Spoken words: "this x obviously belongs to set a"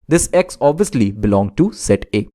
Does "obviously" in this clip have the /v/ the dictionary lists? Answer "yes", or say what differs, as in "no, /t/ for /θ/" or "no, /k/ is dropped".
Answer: yes